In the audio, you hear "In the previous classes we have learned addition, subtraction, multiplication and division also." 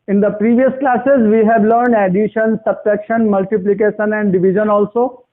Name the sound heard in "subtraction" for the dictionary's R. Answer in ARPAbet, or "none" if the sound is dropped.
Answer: none